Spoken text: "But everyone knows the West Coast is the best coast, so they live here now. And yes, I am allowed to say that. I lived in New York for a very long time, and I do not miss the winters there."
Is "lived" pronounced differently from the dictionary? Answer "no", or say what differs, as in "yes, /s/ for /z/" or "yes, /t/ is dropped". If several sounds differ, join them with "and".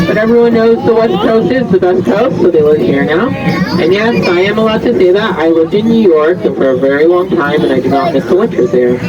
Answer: no